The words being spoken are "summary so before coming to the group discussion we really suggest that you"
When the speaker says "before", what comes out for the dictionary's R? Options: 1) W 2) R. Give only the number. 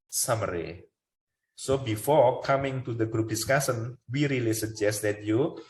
2